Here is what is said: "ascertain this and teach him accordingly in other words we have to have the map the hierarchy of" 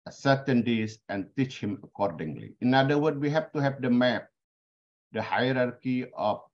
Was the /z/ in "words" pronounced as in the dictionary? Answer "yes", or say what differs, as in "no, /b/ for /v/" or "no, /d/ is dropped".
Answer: no, /z/ is dropped